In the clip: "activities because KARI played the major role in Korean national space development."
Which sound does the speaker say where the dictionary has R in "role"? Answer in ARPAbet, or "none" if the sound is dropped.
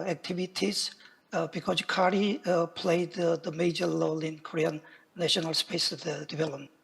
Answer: L